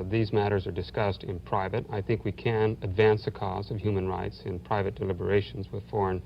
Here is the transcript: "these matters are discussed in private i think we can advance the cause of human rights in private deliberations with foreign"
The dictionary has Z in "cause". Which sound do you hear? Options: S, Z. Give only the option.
Z